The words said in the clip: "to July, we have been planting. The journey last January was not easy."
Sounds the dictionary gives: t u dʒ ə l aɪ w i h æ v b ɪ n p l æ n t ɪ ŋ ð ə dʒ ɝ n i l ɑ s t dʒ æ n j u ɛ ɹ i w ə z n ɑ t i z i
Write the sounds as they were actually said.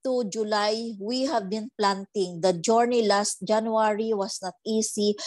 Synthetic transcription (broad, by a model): t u dʒ ə l aɪ w i h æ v b ɪ n p l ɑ n t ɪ ŋ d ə dʒ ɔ n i l ɑ s t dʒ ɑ n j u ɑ ɹ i w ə s n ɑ t i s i